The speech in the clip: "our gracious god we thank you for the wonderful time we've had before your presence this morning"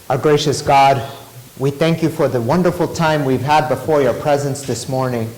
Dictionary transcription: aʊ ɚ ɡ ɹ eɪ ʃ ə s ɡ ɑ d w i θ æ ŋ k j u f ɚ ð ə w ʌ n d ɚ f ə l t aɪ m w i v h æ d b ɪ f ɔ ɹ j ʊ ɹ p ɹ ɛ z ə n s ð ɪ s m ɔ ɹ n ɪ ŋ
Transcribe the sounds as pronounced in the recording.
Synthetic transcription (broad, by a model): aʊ ɡ ɹ eɪ ʃ ə s ɡ ɑ d w i θ æ ŋ k j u f ɚ ð ə w ʌ n d ɚ f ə l t aɪ m w i v h æ d b ɪ f ɔ ɹ j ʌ ɹ p ɹ ɛ z ə n s ð ɪ s m ɔ ɹ n ɪ ŋ